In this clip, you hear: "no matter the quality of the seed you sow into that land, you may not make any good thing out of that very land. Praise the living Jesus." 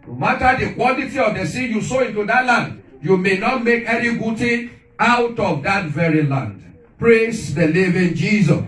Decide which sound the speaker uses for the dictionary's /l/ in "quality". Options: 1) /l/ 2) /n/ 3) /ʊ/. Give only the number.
2